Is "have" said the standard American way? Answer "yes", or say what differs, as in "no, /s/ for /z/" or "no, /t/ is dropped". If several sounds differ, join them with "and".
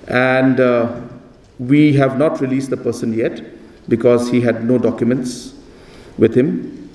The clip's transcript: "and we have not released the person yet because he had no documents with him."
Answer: yes